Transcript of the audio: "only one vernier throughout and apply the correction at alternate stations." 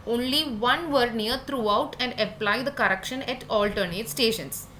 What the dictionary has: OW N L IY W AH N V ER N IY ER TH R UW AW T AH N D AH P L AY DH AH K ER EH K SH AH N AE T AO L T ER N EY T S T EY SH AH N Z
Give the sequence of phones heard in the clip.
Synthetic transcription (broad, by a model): OW N L IY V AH N V ER N IY ER T R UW AW T AH N D AH P L AY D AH K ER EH K SH AH N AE T AO L T ER N EY T S T EY SH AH N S